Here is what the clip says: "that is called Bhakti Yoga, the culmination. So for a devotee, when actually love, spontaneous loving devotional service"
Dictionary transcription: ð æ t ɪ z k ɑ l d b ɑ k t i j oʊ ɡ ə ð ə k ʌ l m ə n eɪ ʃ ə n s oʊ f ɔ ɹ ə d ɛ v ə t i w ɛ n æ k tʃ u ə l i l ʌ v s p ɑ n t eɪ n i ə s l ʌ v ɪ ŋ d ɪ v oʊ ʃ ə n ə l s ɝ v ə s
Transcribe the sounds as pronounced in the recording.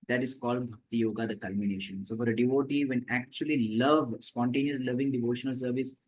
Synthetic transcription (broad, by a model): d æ t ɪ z k ɑ l d b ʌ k t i j oʊ ɡ ə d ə k ʌ l m ə n eɪ ʃ ə n s oʊ f ɔ ɹ ə d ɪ v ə t i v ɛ n æ k tʃ u ə l i l ʌ v s p ɑ n t eɪ n i ə s l ʌ v ɪ ŋ d ɪ v oʊ ʃ ə n ə l s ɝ v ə s